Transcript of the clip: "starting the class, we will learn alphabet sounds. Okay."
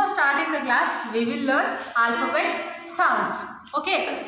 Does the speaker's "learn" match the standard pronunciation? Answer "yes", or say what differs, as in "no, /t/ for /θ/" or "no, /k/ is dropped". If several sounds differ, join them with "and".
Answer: no, /n/ is dropped